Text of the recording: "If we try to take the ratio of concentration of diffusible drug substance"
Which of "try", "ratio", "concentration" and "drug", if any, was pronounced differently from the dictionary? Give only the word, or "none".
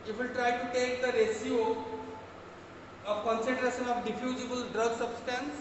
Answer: ratio